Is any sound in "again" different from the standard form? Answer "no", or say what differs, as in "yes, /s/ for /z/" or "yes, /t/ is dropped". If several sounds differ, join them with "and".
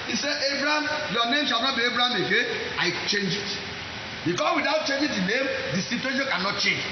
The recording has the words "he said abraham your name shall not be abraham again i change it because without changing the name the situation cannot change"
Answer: yes, /n/ is dropped